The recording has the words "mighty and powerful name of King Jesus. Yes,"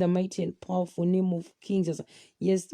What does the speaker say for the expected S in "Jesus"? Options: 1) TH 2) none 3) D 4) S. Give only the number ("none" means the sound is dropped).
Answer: 2